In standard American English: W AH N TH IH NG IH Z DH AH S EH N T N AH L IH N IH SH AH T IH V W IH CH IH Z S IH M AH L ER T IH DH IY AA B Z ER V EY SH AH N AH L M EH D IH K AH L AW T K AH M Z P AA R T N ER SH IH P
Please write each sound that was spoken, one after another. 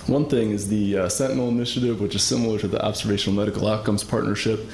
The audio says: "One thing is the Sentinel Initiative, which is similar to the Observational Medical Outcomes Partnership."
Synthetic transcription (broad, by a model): W AH N TH IH NG IH Z DH AH S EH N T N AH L IH N IH SH AH T IH V W IH CH IH Z S IH M L ER T IH DH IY AA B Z ER V EY SH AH N L M EH D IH K L AW T K AH M Z P AA R T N ER SH IH P